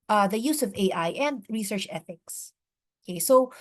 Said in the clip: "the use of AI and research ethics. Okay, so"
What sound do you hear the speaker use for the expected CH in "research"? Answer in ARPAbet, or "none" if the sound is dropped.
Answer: CH